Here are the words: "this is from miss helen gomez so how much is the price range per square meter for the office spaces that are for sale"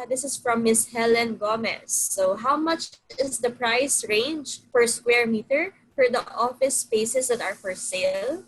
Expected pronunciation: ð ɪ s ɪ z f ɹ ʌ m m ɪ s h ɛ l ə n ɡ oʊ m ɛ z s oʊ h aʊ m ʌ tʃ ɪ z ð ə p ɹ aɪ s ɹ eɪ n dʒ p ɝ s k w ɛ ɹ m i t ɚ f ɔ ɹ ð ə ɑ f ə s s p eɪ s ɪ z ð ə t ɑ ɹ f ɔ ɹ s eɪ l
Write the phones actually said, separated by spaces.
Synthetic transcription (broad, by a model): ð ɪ s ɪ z f ɹ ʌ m m ɪ s h ɛ l ə n ɡ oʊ m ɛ s oʊ h aʊ m ʌ tʃ ɪ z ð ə p ɹ aɪ s ɹ eɪ n dʒ f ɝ s k w ɛ ɹ m i t ɚ f ɔ ɹ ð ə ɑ f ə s s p eɪ s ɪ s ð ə t ɑ ɹ f ɔ ɹ s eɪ l